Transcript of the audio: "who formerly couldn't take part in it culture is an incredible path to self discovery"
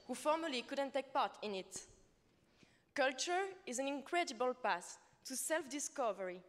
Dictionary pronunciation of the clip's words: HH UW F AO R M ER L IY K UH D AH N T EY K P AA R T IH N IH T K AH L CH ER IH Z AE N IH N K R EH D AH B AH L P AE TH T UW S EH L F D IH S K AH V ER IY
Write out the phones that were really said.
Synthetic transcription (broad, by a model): HH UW F AO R M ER L IY K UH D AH N T EY K P AA R T IH N IH T K AH L CH ER IH Z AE N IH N K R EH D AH B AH L P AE S T UW S EH L F D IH S K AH V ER IY